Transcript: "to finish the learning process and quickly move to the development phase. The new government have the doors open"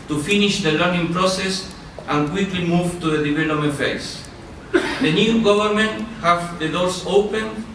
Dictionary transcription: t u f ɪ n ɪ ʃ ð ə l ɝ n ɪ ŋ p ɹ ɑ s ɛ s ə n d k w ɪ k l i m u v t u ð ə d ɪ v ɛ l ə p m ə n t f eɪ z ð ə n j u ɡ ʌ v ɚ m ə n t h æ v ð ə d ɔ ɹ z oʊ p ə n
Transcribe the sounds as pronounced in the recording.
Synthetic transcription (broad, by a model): t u f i n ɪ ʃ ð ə l ɝ n ɪ ŋ p ɹ ɑ s ɛ s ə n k w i k l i m u v t u ð ə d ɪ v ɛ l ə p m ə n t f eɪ s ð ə n j u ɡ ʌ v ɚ m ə n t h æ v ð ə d ɔ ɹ s oʊ p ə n